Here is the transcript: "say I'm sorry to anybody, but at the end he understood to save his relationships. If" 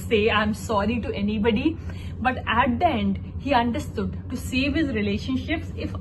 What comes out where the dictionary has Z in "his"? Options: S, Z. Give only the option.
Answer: Z